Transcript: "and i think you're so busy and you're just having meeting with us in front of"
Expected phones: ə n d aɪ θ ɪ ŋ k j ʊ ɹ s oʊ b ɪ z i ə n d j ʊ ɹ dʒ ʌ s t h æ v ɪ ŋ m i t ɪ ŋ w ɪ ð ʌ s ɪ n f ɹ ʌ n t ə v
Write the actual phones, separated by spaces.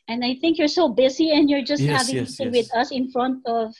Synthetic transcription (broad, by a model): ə n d aɪ θ ɪ ŋ k j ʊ ɹ s oʊ b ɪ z i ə n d j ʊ ɹ dʒ ʌ s t h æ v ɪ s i w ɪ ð ʌ s ɪ n f ɹ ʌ n t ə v